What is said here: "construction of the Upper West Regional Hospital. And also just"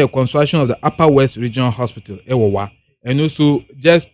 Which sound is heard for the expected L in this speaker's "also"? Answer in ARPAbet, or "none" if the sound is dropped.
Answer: N